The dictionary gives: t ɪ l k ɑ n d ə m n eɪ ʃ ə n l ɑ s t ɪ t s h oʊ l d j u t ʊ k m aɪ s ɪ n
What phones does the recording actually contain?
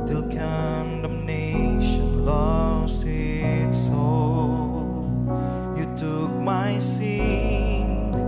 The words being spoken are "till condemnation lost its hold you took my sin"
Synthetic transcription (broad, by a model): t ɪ l k ɑ n d ə m n eɪ ʃ ə n l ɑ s ɪ t s oʊ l j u t ʊ k m aɪ s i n